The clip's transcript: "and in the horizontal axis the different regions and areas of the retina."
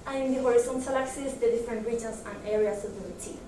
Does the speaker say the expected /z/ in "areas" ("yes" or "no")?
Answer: no